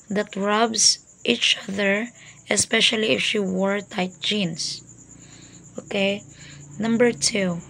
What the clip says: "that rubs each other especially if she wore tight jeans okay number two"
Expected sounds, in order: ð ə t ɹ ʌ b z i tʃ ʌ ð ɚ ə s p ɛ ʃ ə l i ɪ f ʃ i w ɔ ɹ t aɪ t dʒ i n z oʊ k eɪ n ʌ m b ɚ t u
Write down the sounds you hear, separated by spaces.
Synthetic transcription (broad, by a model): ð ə t ɹ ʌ b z i tʃ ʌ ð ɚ ə s p ɛ ʃ ə l i ɪ f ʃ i w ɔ ɹ t aɪ t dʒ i n s oʊ k eɪ n ʌ m b ɚ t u